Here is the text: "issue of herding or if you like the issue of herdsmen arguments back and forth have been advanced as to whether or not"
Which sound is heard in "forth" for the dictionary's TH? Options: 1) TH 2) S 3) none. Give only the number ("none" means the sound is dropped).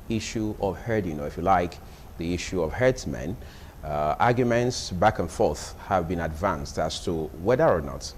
1